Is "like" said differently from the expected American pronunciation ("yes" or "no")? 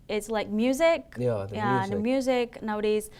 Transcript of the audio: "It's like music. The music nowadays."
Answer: no